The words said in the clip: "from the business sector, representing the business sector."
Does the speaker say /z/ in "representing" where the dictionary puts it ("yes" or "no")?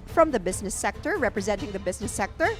yes